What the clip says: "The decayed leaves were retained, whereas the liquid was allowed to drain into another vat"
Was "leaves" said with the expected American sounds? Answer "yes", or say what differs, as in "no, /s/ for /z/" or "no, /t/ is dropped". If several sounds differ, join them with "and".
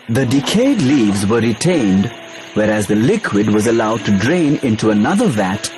yes